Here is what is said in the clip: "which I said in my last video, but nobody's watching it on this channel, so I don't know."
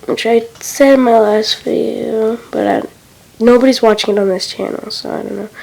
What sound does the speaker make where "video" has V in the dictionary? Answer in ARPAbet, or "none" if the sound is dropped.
F